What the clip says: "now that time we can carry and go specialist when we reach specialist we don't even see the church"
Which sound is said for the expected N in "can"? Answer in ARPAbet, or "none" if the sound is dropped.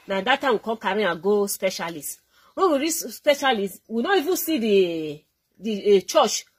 L